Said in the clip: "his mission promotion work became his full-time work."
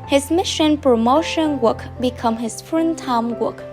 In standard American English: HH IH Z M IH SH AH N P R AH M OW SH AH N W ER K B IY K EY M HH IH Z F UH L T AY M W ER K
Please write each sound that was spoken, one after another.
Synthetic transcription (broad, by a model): HH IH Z M IH SH AH N P R AH M OW SH AH N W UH K B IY K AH M HH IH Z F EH N T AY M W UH K